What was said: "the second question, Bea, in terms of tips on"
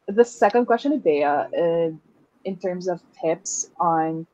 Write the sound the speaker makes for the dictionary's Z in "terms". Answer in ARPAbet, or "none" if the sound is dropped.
Z